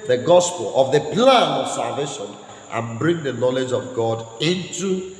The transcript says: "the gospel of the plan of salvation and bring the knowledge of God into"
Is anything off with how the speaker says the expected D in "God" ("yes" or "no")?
no